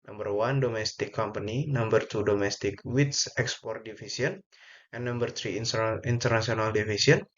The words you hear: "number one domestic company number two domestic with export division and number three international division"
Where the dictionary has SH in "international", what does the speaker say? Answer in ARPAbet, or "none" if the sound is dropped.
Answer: S